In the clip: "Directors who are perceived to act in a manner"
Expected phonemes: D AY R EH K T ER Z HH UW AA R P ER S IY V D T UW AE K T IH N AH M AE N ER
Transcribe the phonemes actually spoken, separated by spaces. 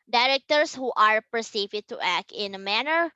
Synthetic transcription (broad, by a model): D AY R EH K T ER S HH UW AA R P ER S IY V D T UW AE K T IH N AH M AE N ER